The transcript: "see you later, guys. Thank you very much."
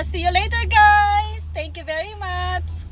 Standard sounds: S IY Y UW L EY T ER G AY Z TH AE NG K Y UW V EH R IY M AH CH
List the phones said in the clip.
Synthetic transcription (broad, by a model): S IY Y UW L EY T ER G AY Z T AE NG K Y UW V EH R IY M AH CH